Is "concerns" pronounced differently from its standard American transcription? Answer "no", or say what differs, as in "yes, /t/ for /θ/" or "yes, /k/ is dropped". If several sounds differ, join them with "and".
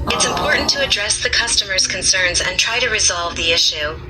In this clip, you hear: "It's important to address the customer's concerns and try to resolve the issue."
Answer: no